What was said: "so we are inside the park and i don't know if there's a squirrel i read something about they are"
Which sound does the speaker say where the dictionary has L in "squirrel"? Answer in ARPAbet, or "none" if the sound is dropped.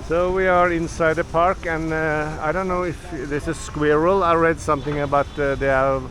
L